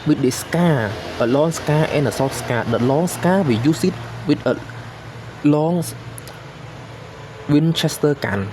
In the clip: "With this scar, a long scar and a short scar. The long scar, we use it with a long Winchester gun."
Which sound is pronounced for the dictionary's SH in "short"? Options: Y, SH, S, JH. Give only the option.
S